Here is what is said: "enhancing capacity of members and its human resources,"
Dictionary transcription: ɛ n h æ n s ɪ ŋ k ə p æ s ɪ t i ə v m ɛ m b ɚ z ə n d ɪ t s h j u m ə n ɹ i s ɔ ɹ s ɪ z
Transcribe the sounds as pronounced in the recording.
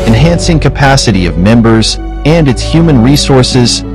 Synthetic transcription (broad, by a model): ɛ n h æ n s ɪ ŋ k ə p æ s ɪ t i ə v m ɛ m b ɚ z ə n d ɪ t s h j u m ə n ɹ i s ɔ ɹ s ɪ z